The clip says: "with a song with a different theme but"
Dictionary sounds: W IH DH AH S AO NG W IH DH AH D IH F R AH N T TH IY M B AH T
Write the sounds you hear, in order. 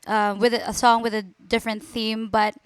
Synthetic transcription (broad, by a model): W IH DH AH S AO NG W IH DH AH D IH F R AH N TH IY M B AH T